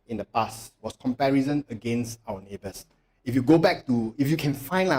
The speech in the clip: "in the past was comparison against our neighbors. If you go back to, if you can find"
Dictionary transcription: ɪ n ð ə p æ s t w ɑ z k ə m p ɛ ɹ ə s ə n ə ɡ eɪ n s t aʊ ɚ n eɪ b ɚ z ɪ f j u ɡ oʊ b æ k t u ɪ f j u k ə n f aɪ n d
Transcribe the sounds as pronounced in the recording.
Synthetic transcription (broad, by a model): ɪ n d ə p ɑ s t w ɑ s k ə m p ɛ ɹ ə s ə n ə ɡ eɪ n s t aʊ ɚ n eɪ b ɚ s ɪ f j u ɡ oʊ b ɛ k t u ɪ f j u k ə n f aɪ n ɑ